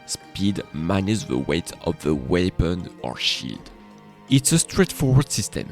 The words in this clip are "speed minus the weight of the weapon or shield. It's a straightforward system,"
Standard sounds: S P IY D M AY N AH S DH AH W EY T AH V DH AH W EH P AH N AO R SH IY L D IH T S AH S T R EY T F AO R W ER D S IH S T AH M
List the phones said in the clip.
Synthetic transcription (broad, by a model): S P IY D M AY N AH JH DH AH W EY T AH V DH AH W EH P AH N AO R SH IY D IH T S AH S T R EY T F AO R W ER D S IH S T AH M